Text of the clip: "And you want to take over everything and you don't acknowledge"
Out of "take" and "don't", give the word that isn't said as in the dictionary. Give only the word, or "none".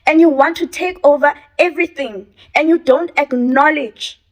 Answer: none